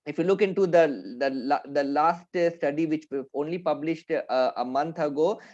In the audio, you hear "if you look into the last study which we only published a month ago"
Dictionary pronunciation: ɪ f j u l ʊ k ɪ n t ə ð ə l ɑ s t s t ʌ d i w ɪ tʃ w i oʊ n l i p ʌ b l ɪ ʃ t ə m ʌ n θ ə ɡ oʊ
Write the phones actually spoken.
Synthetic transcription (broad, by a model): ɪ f j u l ʊ k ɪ n t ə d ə l ɑ s t s t ʌ d i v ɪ tʃ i oʊ n l i p ʌ b l ɪ ʃ t ə m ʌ n t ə ɡ oʊ